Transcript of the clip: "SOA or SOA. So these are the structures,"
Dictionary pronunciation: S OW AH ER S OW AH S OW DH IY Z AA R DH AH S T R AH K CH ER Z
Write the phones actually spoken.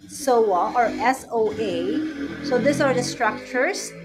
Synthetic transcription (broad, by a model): S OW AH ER S OW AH S OW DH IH S AA R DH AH S T R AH K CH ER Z